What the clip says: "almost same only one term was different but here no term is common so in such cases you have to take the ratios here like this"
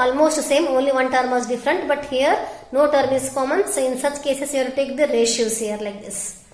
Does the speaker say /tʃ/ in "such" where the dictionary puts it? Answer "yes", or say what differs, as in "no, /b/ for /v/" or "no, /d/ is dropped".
yes